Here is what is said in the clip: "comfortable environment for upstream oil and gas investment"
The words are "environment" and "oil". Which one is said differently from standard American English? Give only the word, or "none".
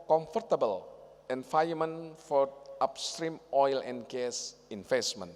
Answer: environment